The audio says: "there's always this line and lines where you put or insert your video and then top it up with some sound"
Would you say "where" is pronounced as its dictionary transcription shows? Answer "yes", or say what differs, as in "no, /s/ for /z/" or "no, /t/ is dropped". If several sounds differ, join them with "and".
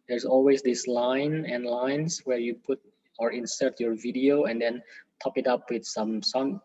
yes